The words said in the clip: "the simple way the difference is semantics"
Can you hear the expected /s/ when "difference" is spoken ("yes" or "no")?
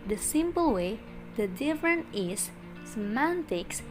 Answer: no